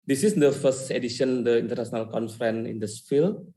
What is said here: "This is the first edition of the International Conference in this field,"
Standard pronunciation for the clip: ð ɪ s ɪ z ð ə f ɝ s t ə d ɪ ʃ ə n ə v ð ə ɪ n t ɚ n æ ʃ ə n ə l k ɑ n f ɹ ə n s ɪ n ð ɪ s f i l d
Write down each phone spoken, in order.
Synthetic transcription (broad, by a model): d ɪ s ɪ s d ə f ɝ s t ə d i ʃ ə n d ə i n t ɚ n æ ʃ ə n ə l k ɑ n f ɹ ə n ɪ n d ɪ s f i l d